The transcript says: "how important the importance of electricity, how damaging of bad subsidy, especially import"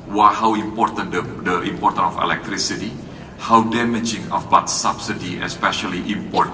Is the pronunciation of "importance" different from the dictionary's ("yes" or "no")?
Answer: yes